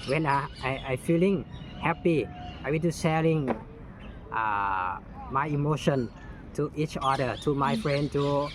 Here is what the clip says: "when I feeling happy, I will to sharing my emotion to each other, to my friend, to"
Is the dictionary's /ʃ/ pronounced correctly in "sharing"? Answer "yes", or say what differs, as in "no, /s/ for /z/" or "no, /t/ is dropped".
no, /s/ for /ʃ/